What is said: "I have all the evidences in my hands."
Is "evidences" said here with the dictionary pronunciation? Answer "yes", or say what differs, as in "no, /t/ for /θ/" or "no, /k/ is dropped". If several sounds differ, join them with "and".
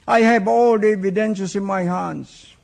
no, /ʃ/ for /s/ and /s/ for /z/